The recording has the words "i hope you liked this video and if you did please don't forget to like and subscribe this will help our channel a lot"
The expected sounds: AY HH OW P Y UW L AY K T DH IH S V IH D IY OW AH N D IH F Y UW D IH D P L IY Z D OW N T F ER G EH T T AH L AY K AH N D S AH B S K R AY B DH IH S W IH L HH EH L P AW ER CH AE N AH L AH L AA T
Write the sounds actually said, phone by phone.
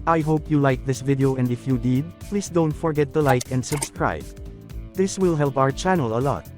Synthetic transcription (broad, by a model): AY HH OW P Y UW L AY K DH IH S V IH D IY OW AH N D IH F Y UW D IH D P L IY S D OW N T F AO G EH T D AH L AY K AH N D S AH B S K R AY B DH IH S W IH L HH EH L P AW ER CH AE N AH L AH L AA T